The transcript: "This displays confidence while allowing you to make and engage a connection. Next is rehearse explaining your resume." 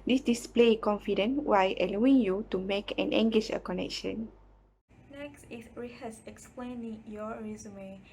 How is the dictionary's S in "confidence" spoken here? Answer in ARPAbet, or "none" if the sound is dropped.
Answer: none